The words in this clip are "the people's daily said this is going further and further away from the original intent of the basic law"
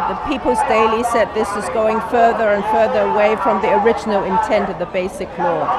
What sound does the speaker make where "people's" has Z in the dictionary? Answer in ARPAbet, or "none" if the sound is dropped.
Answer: Z